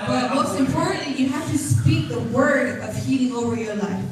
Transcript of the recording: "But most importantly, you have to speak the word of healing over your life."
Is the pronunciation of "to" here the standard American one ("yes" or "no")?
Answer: yes